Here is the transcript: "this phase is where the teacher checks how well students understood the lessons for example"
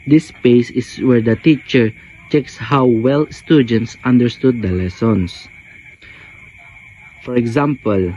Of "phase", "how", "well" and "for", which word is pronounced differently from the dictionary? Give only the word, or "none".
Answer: phase